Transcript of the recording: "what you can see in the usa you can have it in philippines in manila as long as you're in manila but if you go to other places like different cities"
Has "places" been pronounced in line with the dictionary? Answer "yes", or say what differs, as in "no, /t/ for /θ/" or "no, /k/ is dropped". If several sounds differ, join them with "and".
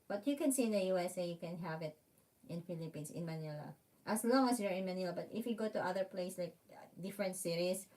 no, /s/ is dropped and /s/ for /z/